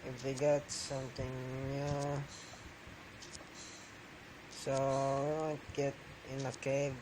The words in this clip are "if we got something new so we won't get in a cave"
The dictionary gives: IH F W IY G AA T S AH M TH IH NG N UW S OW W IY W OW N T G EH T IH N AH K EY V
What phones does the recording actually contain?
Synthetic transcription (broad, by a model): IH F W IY G AA T S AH M T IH NG N UW S OW W IY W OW N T G EH T IH N AH K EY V